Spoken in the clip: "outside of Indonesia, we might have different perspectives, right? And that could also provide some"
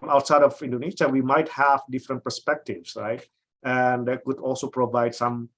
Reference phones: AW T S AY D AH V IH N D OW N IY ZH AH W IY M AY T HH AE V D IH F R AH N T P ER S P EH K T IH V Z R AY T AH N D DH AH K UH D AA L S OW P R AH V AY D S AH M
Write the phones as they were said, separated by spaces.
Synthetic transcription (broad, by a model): AW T S AY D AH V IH N D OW N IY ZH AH W IY M AY T HH AE V D IH F R AH N T P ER S P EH K T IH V S R AY T AH N D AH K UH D AA L S OW P R AH V AY D S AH M